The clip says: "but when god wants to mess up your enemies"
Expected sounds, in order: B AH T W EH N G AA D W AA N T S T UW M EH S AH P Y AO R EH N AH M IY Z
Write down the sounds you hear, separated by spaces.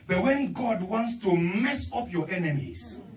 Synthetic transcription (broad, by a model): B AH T W EH N G AA D W AA N T S T UW M EH S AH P Y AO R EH N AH M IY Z